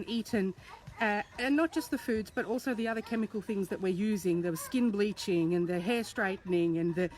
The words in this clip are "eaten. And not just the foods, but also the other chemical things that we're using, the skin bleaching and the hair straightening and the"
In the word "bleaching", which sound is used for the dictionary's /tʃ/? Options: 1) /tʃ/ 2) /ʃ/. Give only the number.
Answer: 1